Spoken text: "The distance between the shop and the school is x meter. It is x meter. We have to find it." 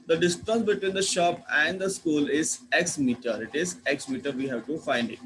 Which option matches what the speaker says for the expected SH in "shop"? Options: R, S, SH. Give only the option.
SH